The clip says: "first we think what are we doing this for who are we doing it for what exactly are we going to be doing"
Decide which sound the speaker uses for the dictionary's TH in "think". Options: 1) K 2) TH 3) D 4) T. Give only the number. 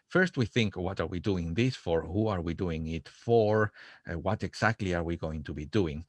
2